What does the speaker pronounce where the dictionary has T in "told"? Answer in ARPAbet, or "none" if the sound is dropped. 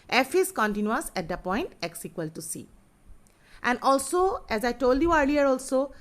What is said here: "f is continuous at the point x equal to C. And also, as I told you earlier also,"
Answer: T